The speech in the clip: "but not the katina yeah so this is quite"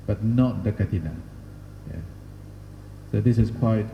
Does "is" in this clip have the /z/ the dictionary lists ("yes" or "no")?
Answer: no